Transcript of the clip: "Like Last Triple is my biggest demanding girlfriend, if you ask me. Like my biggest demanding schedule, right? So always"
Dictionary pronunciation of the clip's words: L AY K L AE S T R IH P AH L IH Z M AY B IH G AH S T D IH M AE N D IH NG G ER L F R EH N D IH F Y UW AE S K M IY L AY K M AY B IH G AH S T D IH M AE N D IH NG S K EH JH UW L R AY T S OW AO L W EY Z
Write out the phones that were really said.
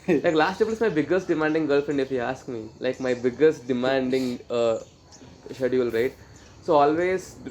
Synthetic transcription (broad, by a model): L AY K L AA S T IH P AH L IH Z M AY B IH G AH S T D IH M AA N D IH NG G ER L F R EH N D IH F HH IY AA S K M IY L AY K M AY B IH G AH S T D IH M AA N D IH NG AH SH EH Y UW L R AY T S OW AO L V EY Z